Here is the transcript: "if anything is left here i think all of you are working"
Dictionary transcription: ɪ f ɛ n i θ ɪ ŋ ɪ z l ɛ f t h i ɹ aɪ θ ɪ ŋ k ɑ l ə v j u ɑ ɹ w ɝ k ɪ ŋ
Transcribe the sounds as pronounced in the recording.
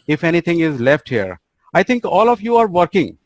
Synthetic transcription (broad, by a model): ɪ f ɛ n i t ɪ ŋ ɪ z l ɛ f t h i ɹ aɪ t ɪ ŋ k ɑ l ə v j u ɑ ɹ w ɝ k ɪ ŋ